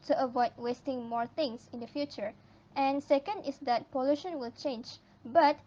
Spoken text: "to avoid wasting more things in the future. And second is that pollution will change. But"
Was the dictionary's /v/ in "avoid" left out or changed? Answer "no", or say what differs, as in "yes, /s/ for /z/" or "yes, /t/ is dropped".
no